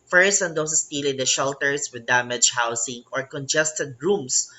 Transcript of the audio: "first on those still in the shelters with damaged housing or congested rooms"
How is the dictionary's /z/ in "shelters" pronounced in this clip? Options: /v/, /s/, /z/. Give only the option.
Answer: /s/